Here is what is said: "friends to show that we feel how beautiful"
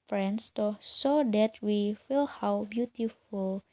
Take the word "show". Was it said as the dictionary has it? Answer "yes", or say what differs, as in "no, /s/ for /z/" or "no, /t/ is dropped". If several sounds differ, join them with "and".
no, /s/ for /ʃ/